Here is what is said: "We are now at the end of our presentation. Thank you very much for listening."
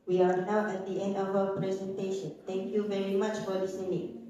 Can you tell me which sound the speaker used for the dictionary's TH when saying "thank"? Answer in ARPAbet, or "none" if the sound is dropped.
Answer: T